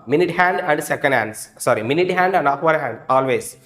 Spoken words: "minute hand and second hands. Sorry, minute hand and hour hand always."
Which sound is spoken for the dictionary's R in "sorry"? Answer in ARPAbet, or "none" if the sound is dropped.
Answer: R